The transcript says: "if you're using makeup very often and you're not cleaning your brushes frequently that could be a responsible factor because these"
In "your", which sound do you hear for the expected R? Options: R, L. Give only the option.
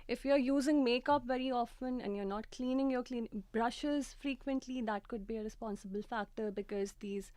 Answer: L